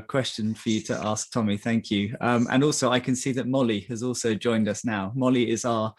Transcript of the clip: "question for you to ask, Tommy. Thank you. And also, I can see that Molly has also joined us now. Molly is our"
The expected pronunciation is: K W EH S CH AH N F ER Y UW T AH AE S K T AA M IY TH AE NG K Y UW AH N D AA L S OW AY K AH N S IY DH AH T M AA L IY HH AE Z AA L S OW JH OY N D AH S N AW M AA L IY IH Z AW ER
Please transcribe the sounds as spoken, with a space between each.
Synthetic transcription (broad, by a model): K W EH S CH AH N F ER Y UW T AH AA S K T AA M IY TH AE NG K Y UW AH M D AA L S OW AY K AH N S IY DH AH T M AA L IY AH Z AA L S OW JH OY N D AH S N AW M AA L IY IH Z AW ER